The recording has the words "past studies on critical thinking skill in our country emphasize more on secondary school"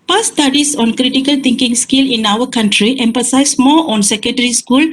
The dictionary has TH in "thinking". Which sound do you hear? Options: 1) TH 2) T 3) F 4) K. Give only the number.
2